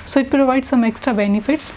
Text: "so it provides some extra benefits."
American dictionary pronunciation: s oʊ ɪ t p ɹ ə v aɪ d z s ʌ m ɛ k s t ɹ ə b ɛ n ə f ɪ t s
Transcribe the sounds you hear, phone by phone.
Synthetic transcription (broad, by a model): s oʊ ɪ t p ɹ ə v aɪ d s ʌ m ɛ k s t ɹ ə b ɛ n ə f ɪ t s